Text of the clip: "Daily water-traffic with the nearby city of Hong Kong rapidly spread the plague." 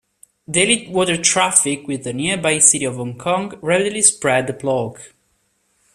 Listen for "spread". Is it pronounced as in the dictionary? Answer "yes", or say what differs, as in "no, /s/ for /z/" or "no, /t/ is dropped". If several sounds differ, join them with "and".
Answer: yes